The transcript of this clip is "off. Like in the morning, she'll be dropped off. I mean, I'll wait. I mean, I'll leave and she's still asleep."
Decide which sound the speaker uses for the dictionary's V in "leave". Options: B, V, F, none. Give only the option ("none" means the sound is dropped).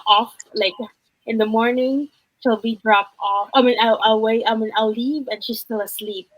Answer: V